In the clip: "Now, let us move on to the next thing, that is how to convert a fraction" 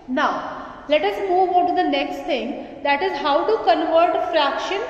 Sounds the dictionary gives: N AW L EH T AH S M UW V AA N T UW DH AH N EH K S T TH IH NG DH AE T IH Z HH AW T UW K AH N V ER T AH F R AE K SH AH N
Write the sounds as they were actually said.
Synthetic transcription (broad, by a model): N AW L EH T AH S M UW V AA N T UW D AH N EH K S T T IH NG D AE T IH Z HH AW T UW K AH N V ER T F R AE K SH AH N